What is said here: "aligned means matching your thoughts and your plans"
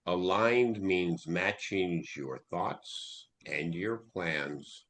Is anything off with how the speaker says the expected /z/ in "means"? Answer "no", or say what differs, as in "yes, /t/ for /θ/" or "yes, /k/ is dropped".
no